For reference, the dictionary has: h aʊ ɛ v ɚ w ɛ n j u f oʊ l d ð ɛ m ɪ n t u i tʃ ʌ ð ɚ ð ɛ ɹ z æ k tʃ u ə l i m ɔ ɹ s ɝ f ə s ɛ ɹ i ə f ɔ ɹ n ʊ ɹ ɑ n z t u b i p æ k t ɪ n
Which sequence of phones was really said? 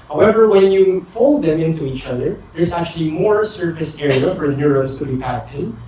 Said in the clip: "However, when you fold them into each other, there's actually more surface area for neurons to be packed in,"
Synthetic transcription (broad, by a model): h aʊ ɛ v ɚ w ɛ n j u f oʊ l d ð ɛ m ɪ n t u i tʃ ʌ ð ɚ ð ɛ ɹ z æ k tʃ u ə l i m ɔ ɹ s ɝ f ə s ɛ ɹ i ə f ɔ ɹ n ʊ ɹ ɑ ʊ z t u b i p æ t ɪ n